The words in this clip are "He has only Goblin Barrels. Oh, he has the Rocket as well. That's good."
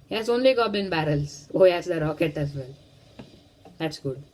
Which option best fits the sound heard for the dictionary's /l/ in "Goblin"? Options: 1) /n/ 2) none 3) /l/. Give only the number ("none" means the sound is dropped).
2